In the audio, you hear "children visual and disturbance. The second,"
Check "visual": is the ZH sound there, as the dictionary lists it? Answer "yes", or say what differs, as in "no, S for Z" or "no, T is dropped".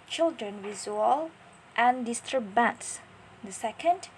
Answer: no, Z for ZH